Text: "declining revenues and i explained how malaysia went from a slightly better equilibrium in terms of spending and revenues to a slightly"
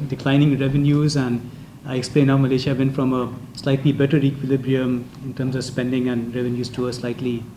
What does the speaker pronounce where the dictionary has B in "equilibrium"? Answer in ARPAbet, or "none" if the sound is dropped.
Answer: B